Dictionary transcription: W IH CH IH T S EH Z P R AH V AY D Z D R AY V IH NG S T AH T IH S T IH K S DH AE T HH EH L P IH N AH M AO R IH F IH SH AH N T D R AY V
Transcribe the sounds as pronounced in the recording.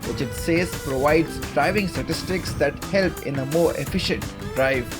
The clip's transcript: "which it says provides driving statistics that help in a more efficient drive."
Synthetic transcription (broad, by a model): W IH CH IH T S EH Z P R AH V AY D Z D R AY V IH NG S T AH T IH S T IH K S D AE T HH EH L P IH N AH M AO R IH F IH SH AH N T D R AY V